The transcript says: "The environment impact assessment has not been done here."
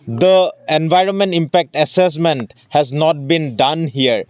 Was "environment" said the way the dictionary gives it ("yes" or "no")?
yes